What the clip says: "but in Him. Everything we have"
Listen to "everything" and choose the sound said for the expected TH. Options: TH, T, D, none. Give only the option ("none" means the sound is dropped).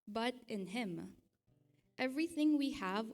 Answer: TH